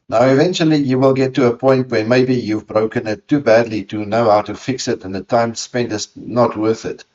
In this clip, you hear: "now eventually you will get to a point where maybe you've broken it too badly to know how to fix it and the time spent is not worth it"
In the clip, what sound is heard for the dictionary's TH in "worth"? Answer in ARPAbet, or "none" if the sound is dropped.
TH